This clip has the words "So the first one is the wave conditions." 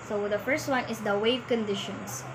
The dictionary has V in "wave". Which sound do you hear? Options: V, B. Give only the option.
V